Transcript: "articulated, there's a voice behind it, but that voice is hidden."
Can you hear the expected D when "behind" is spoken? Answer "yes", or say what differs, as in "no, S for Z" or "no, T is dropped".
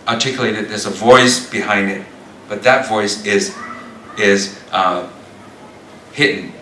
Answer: yes